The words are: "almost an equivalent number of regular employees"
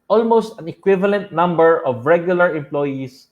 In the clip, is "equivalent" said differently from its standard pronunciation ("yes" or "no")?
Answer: no